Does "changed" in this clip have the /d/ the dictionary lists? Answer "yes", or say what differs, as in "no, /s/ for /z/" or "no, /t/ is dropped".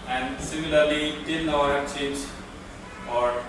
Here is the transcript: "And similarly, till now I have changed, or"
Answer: no, /d/ is dropped